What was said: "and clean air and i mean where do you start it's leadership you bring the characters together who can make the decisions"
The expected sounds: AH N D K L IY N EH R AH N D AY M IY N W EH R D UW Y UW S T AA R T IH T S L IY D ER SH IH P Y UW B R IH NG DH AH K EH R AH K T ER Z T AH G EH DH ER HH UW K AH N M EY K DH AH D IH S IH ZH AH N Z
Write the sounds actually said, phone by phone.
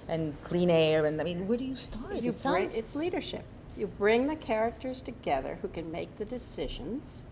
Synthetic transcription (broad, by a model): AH N K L IY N EH R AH N AY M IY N W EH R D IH Y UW S T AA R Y IH T S L IY D ER SH IH P Y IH B R IH NG DH AH K EH R AH K T ER Z T AH G EH DH ER HH UW K AH N M EY K DH AH D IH S IH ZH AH N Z